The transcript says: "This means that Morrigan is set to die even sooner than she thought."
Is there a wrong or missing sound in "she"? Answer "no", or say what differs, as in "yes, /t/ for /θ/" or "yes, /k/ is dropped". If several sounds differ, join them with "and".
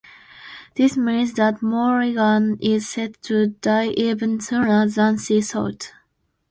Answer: yes, /s/ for /ʃ/